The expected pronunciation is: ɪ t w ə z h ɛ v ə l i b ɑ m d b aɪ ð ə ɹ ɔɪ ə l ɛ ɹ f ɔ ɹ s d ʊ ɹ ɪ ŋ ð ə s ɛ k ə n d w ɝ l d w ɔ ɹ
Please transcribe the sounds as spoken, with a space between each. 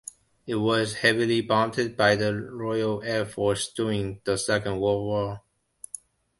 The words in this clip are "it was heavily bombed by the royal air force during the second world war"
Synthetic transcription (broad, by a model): ɪ t w ə z h ɛ v ə l i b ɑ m d b aɪ ð ə ɹ ɔɪ ə l ɛ ɹ f ɔ ɹ s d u ɪ ŋ ð ə s ɛ k ə n d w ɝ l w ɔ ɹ